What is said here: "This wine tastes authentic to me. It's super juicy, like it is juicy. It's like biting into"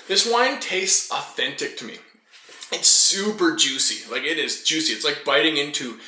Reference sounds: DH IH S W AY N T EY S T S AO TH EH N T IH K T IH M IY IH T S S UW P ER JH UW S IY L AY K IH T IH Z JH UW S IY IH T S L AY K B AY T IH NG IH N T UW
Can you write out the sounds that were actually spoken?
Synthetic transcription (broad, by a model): DH IH S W AY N T EY S T S AO TH EH N T IH K T IH M IY IH T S S UW P ER JH UW S IY L AY K IH T IH Z JH UW S IY IH T S L AY K B AY T IH NG IH N T UW